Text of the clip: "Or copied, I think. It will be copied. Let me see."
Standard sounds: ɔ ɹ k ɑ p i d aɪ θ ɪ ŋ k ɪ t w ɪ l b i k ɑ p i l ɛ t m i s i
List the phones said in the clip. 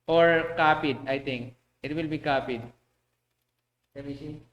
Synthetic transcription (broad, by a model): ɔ ɹ k ɑ p i d aɪ t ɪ ŋ k ɪ t w ɪ l b i k ɑ p i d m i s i